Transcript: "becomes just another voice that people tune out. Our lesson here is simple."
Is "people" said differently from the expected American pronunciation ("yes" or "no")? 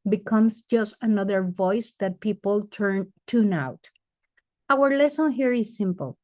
yes